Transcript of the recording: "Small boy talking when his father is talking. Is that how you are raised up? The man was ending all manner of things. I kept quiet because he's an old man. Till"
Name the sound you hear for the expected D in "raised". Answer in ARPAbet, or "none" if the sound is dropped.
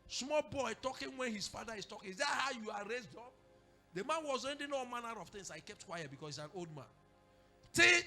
D